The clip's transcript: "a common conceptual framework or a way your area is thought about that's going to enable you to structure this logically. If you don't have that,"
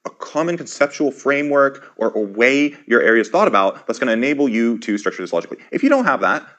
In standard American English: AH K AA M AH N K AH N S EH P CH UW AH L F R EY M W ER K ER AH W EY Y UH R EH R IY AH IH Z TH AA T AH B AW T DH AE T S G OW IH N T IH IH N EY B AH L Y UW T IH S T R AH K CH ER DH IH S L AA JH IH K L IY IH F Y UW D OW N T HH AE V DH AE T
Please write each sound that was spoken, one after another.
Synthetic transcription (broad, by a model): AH K AA M AH N K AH N S EH P CH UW L F R EY M W ER K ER AH W EY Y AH R EH R IY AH IH Z TH AA T AH B AW T DH AE T S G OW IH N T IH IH N EY B L Y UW T IH S T R AH K CH ER DH IH S L AA JH IH K L IY IH F Y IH D OW N T HH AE V DH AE T